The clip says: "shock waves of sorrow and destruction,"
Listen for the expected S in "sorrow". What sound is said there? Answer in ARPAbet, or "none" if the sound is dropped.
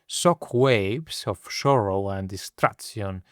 SH